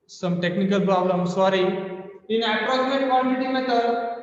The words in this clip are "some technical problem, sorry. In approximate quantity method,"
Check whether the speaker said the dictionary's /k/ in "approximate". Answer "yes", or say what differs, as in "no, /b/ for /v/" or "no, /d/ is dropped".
no, /k/ is dropped